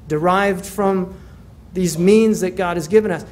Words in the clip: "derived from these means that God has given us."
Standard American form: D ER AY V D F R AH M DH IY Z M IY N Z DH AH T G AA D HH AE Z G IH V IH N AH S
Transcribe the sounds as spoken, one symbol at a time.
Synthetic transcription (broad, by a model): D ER AY V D F R AH M DH IY Z M IY N Z DH AH T G AA D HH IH Z G IH V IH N AH S